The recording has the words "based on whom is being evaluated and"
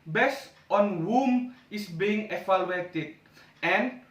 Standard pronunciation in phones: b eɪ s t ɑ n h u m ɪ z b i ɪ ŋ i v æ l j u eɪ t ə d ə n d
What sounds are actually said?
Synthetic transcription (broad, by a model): b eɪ s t ɑ n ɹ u m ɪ s b i ɪ ŋ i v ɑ l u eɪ t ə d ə n